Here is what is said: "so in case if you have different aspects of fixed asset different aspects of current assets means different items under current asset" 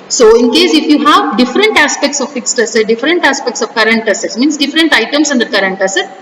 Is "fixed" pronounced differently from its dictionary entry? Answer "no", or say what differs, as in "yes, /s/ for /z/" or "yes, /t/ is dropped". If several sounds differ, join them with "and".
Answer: no